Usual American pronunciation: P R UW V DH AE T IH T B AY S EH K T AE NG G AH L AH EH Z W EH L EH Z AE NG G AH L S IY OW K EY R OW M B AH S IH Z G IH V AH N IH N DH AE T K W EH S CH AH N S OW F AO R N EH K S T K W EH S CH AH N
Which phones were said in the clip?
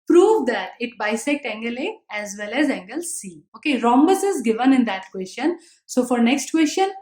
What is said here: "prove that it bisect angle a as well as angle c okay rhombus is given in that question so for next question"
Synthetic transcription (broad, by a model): P R UW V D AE T IH T B AY S EH K T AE NG G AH L AH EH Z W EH L EH Z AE NG G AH L S IY OW K EY R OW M B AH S IH Z G IH V AH N IH N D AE T K W EH S CH AH N S OW F AO R N EH K S T K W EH S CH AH N